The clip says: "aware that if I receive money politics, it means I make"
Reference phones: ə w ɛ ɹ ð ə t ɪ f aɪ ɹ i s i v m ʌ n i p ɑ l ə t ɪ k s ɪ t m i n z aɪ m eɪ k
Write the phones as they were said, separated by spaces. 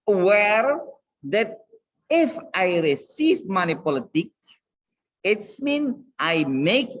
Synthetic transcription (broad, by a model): w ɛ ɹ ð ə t ɪ f aɪ ɹ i s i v m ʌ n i p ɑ l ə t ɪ k ɪ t m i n aɪ m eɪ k